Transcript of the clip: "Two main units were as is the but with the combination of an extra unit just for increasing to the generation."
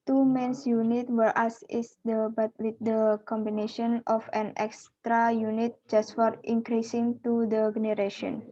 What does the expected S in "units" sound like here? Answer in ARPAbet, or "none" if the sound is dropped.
none